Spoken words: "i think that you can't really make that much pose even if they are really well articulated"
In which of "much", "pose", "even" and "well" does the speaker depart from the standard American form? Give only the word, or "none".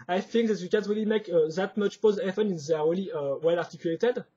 even